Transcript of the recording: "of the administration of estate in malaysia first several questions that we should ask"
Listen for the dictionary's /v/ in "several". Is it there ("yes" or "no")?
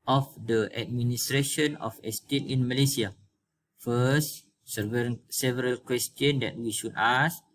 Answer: yes